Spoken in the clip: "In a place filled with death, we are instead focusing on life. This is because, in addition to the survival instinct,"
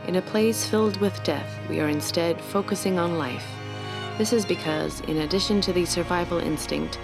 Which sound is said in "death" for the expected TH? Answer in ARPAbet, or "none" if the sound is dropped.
TH